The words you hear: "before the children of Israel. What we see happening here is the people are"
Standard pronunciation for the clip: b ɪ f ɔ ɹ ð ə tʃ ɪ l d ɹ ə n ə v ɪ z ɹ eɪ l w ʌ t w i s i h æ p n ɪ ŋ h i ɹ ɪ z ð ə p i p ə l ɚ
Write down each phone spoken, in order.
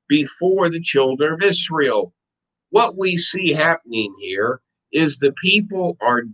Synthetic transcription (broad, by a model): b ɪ f ɔ ɹ ð ə tʃ ɪ l d ɹ ə n ə v ɪ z ɹ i l w ʌ t w i s i h æ p n ɪ ŋ h i ɹ ɪ z ð ə p i p l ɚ